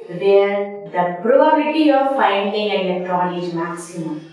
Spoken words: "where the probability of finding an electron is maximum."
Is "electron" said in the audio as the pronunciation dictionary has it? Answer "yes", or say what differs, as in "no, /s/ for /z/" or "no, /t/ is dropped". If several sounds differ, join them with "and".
no, /l/ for /n/